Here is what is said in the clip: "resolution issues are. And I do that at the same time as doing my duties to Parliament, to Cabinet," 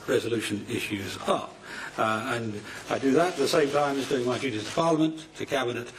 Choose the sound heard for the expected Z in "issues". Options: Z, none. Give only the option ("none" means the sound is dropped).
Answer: Z